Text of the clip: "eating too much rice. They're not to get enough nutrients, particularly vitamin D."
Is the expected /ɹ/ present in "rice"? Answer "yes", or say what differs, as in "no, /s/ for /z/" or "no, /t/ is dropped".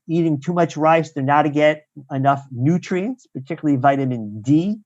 yes